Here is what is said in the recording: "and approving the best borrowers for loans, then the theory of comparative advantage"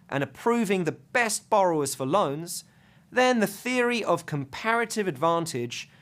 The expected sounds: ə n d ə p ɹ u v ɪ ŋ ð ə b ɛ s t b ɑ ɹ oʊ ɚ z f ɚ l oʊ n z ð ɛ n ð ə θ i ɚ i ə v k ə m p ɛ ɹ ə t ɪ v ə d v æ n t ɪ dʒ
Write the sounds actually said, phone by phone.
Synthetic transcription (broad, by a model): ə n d ə p ɹ u v ɪ ŋ ð ə b ɛ s t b ɑ ɹ oʊ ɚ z f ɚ l oʊ n z ð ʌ n ð ə θ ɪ ɚ i ə v k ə m p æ ɹ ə t ɪ v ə d v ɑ n t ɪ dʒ